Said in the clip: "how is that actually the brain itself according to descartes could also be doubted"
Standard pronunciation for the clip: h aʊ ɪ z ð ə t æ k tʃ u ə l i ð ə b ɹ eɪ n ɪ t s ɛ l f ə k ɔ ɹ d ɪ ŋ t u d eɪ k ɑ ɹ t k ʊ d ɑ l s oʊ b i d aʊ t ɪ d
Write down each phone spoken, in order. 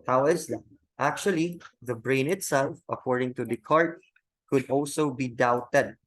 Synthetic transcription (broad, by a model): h aʊ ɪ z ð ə t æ k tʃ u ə l i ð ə b ɹ eɪ n ɪ t s ɛ l f ə k ɔ ɹ d ɪ ŋ t u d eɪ k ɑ ɹ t k ʊ d ɑ l s oʊ b i d aʊ t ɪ d